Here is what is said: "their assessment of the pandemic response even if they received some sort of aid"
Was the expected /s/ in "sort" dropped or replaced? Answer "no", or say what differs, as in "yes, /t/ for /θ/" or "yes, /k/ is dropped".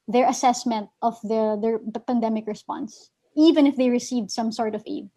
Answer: no